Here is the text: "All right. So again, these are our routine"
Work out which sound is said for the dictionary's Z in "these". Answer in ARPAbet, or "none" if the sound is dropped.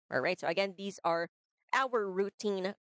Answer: Z